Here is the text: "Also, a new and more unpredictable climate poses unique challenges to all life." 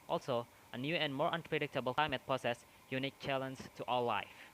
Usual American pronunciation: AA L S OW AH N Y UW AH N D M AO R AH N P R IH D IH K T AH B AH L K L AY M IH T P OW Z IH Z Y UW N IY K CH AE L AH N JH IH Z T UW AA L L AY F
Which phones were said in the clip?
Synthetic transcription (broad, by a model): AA L S OW AH N Y UW AH N D M AO R AH N P R IH D IH K T AH B AH L K L AY M IH T P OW S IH S Y UW N IY K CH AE L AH N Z T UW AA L L AY F